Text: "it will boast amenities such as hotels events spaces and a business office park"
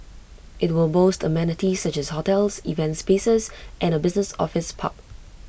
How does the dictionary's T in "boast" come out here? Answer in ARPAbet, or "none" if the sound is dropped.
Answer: T